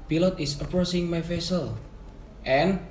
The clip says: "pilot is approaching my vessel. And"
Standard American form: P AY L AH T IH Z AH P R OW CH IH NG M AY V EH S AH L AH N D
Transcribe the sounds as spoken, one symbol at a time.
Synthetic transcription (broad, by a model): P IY L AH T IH S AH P R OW S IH NG M AY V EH S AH L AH N